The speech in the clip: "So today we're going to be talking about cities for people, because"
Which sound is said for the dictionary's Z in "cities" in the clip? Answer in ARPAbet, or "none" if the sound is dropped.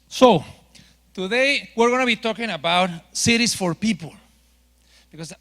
S